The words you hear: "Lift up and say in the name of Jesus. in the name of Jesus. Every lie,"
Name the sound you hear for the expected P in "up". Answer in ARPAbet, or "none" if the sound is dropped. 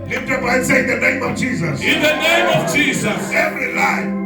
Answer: B